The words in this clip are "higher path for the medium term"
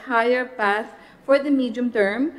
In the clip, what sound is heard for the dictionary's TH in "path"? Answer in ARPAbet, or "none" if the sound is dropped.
S